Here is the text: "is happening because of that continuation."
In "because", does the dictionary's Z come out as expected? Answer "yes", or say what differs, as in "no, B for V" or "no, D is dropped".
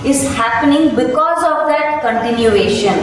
yes